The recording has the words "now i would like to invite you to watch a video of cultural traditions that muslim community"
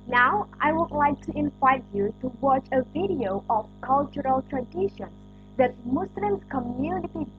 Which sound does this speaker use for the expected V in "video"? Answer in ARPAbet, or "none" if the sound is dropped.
V